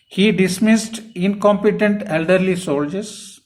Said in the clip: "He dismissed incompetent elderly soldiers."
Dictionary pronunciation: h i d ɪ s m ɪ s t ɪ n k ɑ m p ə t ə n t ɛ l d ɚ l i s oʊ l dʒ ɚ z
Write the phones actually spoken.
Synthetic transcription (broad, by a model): h i d ɪ s m ɪ s t ɪ n k ɑ m p ə t ə n t ɛ l d ɚ l i s oʊ l dʒ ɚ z